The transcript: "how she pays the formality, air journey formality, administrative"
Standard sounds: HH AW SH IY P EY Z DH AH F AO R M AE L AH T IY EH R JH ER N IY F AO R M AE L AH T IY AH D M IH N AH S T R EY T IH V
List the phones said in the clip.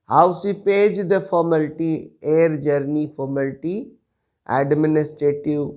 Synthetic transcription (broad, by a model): HH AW S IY P EY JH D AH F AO R M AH L T IY EH R JH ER N IY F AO R M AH L T IY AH D M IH N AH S T R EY T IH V